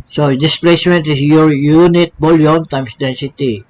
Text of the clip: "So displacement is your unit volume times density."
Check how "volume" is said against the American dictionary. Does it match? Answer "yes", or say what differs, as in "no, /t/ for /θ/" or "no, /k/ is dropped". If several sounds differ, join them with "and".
no, /b/ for /v/